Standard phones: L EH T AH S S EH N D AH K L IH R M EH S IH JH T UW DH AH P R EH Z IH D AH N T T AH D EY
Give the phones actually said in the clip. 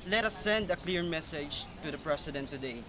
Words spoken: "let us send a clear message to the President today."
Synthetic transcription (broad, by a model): L EH T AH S S EH N D AH K L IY R M EH S IH JH T UW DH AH P R EH S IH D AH N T T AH D EY